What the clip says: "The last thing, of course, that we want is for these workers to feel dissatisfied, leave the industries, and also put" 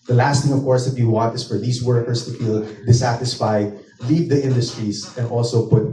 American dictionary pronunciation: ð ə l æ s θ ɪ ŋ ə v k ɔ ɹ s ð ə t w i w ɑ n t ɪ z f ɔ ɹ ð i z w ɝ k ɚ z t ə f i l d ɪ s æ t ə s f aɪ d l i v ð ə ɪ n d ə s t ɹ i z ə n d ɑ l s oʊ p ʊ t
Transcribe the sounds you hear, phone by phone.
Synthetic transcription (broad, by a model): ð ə l æ s t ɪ ŋ ə v k ɔ ɹ s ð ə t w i w ɑ n t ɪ s f ɔ ɹ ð i s w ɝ k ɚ s t ə f i l d ɪ s æ t ə s f aɪ d l i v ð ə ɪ n d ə s t ɹ i s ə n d ɑ l s oʊ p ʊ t